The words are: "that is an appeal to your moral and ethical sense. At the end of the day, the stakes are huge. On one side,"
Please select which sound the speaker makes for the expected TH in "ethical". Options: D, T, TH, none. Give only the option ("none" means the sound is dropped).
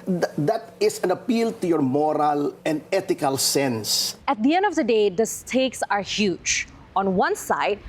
T